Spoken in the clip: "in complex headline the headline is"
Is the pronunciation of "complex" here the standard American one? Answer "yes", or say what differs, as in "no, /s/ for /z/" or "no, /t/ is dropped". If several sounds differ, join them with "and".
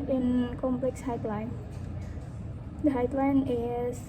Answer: yes